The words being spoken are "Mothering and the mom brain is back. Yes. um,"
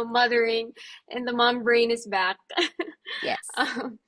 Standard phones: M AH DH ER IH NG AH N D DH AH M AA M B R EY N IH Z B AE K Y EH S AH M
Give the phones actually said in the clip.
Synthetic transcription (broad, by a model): M AH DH ER IH NG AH N DH AH M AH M B R EY N IH Z B AE K Y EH AH M